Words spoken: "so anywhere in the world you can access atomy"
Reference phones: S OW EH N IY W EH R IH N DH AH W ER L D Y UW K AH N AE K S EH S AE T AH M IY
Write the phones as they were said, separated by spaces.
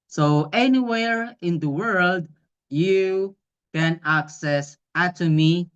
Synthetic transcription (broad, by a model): S OW EH N IY W EH R IH N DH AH W ER L D Y UW K AH N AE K S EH S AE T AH M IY